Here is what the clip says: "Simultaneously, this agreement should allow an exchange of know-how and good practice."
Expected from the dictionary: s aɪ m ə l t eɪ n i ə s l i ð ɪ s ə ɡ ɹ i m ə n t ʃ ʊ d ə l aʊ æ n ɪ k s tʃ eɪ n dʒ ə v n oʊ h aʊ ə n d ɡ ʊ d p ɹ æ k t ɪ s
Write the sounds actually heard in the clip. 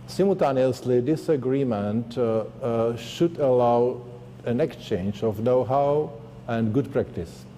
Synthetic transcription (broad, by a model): s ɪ m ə l t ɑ n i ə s l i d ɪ s ə ɡ ɹ i m ə n t ʃ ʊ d ə l aʊ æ n ɪ k s tʃ eɪ n dʒ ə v n oʊ h aʊ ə n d ɡ ʊ d p ɹ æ k t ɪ s